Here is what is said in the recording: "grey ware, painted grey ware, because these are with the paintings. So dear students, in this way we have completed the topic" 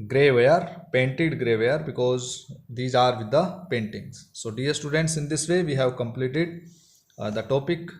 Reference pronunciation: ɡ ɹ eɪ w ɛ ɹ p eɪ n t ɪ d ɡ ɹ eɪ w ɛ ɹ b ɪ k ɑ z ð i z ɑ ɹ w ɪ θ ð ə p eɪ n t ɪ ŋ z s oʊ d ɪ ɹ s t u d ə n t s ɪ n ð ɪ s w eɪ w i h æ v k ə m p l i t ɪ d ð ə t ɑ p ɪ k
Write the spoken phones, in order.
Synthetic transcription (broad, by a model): ɡ ɹ eɪ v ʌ ɹ p eɪ n t ɪ d ɡ ɹ eɪ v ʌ ɹ b ɪ k ɑ z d i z ɑ ɹ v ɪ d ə p eɪ n t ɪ ŋ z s oʊ d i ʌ s t u d ə n t s ɪ n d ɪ s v eɪ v i h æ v k ə m p l i t ɪ d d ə t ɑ p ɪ k